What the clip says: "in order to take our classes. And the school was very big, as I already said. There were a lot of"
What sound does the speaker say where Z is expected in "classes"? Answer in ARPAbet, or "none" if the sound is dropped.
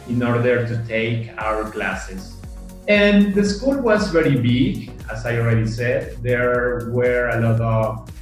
S